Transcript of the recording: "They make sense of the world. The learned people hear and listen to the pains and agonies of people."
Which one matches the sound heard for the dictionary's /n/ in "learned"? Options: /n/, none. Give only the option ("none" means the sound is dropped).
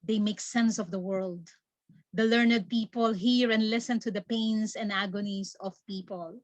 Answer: /n/